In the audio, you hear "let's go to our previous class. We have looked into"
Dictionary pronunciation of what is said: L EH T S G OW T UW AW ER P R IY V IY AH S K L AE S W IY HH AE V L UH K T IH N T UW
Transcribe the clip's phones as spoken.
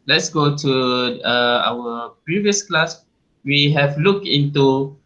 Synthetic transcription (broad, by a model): L EH T S G OW T UW AW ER P R IY V IY AH S K L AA S W IY HH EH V L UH K IH N T UW